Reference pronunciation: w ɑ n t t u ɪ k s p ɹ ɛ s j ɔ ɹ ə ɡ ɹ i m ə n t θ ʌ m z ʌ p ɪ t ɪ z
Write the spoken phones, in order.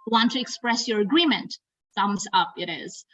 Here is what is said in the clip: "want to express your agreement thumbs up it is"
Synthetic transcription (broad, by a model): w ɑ n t t u ɪ k s p ɹ ɛ s j ɔ ɹ ə ɡ ɹ i m ə n t s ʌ m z ʌ p ɪ t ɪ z